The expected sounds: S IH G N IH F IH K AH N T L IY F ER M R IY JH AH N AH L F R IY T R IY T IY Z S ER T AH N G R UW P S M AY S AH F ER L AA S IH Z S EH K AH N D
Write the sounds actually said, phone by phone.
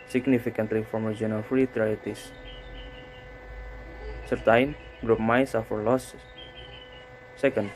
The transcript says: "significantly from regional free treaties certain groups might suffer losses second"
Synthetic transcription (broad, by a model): S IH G N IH F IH K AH N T L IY F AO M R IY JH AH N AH F R IY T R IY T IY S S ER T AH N G R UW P M AY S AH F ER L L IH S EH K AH N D